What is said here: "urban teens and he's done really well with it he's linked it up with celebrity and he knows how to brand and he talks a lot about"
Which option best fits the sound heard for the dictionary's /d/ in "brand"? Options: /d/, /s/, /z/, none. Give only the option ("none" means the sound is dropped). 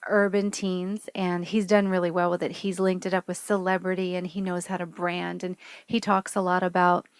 /d/